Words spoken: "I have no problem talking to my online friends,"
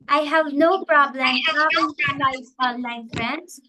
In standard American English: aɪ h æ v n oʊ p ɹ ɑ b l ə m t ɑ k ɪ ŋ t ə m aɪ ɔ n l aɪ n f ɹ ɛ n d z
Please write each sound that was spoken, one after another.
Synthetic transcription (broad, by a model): aɪ h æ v n oʊ p ɹ ɑ b l ə m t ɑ ɪ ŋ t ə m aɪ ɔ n l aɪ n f ɹ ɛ n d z